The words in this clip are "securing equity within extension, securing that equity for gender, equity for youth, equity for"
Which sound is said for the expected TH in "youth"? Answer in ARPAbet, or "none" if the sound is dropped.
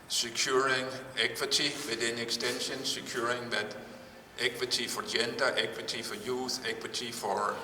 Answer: S